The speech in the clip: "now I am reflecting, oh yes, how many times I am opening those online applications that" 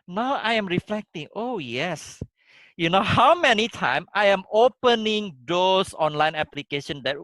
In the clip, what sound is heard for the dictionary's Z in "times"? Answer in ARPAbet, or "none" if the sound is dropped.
none